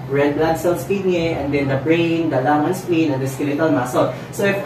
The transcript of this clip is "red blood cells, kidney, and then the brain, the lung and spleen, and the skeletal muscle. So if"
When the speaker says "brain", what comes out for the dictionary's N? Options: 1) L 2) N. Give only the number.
2